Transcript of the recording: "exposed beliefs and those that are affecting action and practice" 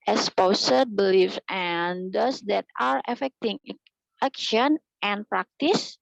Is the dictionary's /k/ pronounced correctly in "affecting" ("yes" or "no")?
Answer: yes